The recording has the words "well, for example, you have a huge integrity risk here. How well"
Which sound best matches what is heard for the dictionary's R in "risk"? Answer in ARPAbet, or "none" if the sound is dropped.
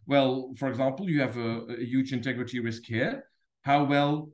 W